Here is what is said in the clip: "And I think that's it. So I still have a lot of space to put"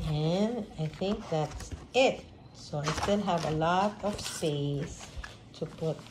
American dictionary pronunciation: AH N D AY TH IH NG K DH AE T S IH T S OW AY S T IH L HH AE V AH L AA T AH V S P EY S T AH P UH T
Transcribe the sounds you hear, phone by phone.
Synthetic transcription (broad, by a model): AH N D AY TH IH NG K DH AE T S IH T S OW AY S T IH L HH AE V AH L AA T AH V S P EY S T AH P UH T